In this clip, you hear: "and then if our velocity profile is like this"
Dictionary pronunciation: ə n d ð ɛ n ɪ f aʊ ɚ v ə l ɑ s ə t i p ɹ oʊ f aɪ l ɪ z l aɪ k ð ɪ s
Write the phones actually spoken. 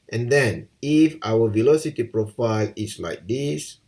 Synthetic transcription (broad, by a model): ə n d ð ɛ n ɪ f aʊ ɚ v ə l ɑ s ə t i p ɹ oʊ f aɪ l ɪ s l aɪ k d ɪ s